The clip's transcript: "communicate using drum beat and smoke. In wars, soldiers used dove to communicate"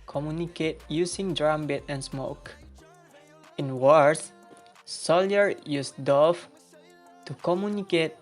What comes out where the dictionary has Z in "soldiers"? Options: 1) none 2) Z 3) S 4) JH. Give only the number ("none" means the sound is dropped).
1